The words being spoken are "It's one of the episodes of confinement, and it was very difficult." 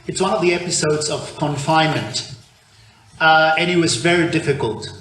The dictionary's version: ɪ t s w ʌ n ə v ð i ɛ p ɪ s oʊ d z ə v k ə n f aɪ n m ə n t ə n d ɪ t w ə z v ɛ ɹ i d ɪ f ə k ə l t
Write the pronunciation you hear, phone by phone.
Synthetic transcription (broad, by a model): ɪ t s w ʌ n ə v ð i ɛ p ɪ s oʊ d z ə v k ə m f aɪ n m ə n t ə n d ɪ t w ə z v ɛ ɹ i d ɪ f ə k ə l t